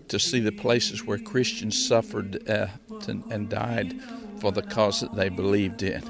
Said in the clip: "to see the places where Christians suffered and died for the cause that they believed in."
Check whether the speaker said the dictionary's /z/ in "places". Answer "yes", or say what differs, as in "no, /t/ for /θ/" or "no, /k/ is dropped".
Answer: yes